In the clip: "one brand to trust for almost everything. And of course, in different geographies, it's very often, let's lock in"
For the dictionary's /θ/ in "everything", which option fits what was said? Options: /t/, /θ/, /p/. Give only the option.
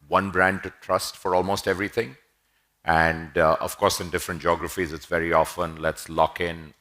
/t/